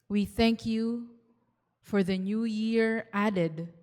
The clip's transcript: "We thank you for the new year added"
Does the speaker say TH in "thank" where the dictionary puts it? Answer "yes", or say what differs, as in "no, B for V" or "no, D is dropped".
yes